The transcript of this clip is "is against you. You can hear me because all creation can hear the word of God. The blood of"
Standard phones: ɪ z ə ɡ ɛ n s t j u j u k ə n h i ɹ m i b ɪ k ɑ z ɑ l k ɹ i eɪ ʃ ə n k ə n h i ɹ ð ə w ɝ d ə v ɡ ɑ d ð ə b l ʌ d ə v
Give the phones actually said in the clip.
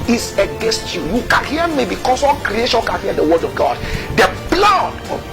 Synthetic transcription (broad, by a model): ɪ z ə ɡ ɛ n s t j u j u k ə n h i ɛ m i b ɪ k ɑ s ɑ k ɹ i eɪ ʃ ə n k ə n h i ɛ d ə w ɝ d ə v ɡ ɑ d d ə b l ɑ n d